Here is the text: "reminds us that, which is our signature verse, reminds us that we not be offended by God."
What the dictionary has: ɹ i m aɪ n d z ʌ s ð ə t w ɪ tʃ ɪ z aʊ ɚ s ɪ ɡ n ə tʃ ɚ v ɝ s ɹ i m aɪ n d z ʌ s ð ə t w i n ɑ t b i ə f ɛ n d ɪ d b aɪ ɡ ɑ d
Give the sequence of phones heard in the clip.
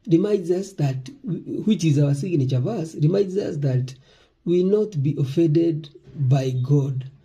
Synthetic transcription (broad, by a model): ɹ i m aɪ n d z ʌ s ð ə t w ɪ tʃ ɪ z aʊ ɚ s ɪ ɡ n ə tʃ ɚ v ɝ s ɹ i m aɪ n d z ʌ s ð ə t w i n ɑ t b i ə f ɛ n d ɪ d b aɪ ɡ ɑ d